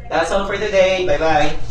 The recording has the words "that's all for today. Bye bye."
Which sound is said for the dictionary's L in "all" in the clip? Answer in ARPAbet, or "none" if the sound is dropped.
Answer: N